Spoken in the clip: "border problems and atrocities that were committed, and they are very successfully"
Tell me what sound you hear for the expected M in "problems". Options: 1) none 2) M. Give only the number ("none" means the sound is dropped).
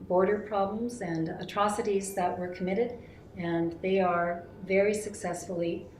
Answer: 2